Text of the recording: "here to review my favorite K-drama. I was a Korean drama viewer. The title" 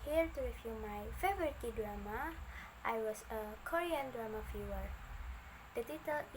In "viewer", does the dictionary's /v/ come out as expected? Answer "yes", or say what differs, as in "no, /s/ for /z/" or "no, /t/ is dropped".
no, /f/ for /v/